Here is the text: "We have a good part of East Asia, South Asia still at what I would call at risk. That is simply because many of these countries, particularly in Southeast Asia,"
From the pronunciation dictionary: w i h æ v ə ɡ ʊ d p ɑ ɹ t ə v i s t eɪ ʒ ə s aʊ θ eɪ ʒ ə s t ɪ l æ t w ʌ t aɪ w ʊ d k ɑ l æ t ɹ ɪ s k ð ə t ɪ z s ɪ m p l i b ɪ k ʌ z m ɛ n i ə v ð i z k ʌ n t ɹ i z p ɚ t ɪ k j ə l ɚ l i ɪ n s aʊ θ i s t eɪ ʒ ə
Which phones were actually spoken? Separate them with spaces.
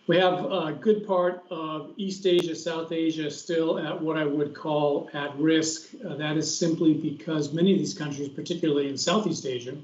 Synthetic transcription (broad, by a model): w i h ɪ v ɡ ʊ d p ɑ ɹ t ə v i s t eɪ ʒ ə s aʊ θ eɪ ʒ ə s t ɪ l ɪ t w ʌ t aɪ w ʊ d k ɑ l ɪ t ɹ ɪ s k ð ə t ɪ z s ɪ m p l i b ɪ k ʌ z m ɛ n i ə v ð i z k ʌ n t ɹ i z p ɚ t ɪ k j l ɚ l i ɪ n s aʊ θ i s t eɪ ʒ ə